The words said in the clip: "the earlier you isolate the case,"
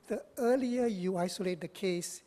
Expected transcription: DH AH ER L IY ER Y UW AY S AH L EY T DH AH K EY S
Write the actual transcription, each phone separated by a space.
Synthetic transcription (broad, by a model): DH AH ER L IY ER Y UW AY S AH L EY T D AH K EY S